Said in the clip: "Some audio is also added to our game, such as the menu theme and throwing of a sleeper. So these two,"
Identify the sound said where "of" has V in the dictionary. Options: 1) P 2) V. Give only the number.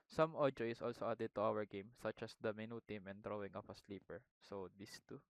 1